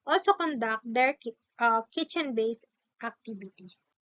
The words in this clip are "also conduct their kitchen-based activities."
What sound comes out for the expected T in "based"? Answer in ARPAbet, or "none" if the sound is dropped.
T